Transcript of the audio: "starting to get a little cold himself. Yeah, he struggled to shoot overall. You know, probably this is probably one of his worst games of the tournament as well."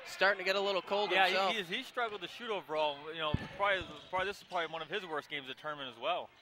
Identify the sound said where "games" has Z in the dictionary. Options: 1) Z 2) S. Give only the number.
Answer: 1